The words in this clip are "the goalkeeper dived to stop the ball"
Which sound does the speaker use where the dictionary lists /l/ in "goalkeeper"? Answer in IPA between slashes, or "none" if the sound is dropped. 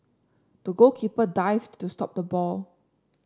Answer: none